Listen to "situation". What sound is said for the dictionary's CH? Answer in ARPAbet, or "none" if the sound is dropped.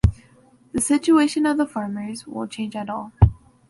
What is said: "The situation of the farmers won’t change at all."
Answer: CH